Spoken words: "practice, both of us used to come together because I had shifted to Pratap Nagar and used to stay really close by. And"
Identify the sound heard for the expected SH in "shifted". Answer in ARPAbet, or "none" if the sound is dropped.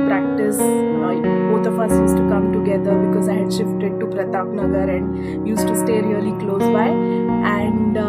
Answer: SH